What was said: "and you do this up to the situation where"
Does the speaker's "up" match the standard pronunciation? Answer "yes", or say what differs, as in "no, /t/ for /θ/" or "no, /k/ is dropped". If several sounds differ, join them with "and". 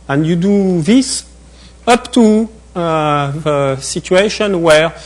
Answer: yes